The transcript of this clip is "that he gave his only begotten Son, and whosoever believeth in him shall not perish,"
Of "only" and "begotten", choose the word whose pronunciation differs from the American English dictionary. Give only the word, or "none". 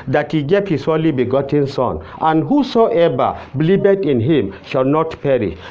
only